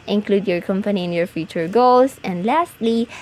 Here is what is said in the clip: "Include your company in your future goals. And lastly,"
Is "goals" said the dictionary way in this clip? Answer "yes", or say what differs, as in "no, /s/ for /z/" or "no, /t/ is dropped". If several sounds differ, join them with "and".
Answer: no, /s/ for /z/